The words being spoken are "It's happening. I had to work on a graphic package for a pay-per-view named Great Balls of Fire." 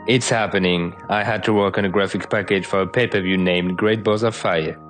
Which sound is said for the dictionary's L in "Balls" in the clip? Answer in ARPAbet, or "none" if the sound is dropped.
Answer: none